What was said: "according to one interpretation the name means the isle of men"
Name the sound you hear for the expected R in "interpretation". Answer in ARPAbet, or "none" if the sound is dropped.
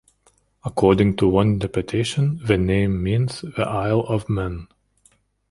none